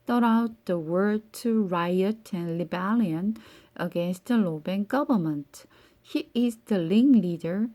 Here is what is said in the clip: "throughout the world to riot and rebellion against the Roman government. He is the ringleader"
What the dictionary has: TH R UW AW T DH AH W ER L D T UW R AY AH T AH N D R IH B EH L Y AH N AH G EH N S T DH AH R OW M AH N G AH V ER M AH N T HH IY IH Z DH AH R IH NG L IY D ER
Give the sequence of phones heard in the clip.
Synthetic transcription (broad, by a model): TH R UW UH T DH AH W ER D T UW R AY AH T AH N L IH B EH L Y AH N AH G EH N S T DH AH L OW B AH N G AH V ER M AH N T HH IY IH Z DH AH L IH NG L IY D ER